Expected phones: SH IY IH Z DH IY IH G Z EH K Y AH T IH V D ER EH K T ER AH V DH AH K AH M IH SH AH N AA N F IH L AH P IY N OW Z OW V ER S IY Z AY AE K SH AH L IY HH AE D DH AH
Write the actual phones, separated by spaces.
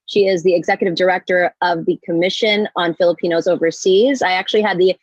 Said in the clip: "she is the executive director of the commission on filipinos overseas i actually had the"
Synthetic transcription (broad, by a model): SH IY IH Z DH IY IH G Z EH K Y AH T IH V D ER EH K T ER AH V DH AH K AH M IH SH AH N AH N F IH L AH P IY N OW Z OW V ER S IY Z AY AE K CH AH L IY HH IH D DH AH